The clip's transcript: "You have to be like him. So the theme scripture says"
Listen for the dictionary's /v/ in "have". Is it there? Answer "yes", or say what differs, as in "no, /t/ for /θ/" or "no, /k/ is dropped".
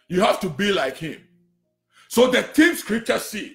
no, /f/ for /v/